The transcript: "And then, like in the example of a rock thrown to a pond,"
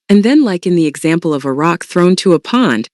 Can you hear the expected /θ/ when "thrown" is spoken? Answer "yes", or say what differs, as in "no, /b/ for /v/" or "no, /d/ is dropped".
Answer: yes